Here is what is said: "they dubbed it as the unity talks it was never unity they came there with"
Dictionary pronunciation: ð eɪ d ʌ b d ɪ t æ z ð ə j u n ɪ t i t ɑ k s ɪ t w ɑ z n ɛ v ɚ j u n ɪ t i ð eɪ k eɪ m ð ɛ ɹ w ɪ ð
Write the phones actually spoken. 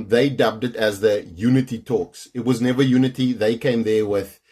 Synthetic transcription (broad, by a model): ð eɪ d ʌ b d ɪ t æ z ð ə j u n ɪ t i t ɑ k s ɪ t w ɑ z n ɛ v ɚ j u n ɪ t i ð eɪ k eɪ m ð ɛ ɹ w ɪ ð